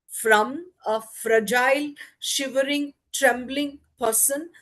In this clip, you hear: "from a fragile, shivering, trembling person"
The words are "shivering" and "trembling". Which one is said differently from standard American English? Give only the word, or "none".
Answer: none